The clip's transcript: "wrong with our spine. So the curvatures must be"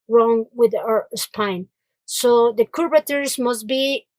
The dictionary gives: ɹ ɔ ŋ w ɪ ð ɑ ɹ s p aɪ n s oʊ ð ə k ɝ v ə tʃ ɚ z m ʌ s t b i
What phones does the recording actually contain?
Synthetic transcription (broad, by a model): ɹ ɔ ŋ w ɪ ð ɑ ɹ s p aɪ n s oʊ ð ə k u b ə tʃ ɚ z m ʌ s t b i